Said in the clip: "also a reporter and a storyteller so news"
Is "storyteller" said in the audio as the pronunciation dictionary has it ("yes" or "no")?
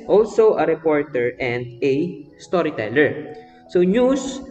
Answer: yes